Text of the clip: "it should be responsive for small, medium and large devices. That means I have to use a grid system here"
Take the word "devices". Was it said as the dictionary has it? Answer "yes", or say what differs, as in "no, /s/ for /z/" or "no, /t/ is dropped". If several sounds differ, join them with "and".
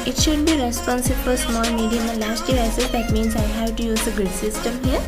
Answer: no, /v/ is dropped